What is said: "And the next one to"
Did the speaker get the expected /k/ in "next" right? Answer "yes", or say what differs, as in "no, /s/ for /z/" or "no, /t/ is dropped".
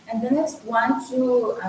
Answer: no, /k/ is dropped